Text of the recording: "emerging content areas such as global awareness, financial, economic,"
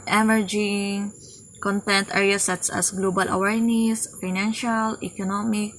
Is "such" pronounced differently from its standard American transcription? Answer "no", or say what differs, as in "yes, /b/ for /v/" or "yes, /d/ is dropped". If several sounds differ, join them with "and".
yes, /s/ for /tʃ/